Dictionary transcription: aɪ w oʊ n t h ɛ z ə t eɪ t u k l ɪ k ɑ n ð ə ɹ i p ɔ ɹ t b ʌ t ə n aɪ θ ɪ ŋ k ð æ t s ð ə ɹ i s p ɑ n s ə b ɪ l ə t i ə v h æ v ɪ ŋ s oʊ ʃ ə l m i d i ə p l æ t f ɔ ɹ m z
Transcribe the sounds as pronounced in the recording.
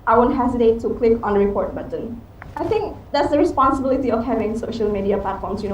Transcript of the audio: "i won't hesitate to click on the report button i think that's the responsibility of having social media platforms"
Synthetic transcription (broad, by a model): aɪ w oʊ n t h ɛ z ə t eɪ t u k l ɪ k ɑ n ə ɹ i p ɔ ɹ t b ʌ t ə n aɪ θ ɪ ŋ k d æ t s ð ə ɹ i s p ɑ n s ə b ɪ l ə t i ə f h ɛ v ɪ ŋ s oʊ ʃ ə l m i d i ə p l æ t f ɔ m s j